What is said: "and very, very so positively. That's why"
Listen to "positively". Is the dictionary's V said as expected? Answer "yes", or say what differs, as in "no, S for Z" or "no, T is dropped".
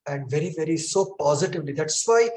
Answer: yes